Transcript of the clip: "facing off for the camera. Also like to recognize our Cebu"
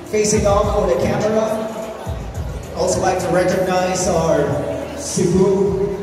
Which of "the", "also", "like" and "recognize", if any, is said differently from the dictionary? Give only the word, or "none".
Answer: none